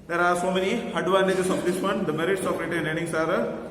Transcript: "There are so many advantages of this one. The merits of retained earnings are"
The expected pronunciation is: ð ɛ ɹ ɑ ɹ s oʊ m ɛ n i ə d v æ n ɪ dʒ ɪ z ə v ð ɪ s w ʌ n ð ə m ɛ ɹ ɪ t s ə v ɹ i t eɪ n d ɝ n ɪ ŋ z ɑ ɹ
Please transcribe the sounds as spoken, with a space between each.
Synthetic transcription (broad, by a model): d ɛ ɹ ɑ ɹ s oʊ m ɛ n i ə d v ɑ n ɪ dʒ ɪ s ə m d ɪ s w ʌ n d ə m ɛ ɹ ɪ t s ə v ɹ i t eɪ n ɝ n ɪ ŋ s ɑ ɹ